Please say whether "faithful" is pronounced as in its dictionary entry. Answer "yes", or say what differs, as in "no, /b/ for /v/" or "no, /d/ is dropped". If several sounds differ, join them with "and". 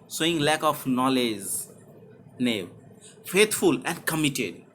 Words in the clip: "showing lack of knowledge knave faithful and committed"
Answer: no, /t/ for /θ/